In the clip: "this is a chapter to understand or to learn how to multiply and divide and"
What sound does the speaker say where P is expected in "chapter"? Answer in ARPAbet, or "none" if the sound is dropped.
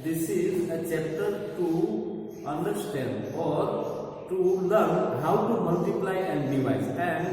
none